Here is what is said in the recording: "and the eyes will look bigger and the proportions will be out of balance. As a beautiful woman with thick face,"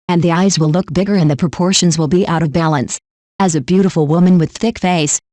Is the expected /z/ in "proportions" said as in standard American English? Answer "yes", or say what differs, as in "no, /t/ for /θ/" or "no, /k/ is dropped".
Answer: yes